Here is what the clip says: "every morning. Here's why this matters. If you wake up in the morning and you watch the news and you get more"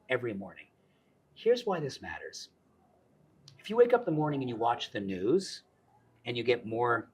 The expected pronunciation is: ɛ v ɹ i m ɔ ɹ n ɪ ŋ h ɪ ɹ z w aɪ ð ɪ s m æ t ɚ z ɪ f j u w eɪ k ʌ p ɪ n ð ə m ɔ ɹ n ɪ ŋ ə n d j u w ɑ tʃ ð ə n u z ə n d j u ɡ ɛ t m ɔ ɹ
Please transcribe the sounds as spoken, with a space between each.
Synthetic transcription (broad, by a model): ɛ v ɹ i m ɔ ɹ n ɪ ŋ h ɪ ɹ z w aɪ ð ɪ s m æ t ɚ z ɪ f j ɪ w eɪ k ʌ p ð ə m ɔ ɹ n ɪ ŋ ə n j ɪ w ɑ tʃ ð ə n u z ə n j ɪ ɡ ɛ t m ɔ ɹ